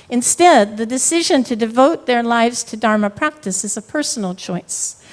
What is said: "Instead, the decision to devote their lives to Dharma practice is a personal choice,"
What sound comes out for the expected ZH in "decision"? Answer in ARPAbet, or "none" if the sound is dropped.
ZH